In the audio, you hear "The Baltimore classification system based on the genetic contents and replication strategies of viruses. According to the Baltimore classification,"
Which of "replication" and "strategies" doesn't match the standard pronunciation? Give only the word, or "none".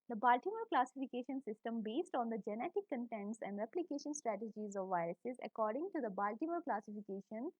none